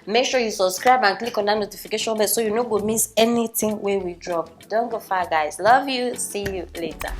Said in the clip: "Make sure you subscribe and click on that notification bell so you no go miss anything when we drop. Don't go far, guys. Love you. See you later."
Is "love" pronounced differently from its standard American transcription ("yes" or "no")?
no